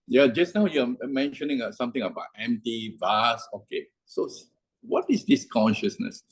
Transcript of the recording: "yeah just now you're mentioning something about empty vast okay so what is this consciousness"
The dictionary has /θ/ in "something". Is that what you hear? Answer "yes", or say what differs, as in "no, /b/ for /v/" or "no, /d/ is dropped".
no, /t/ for /θ/